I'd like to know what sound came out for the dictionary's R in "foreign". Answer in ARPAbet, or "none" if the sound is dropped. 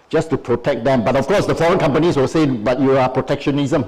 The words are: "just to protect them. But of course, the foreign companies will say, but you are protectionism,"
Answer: R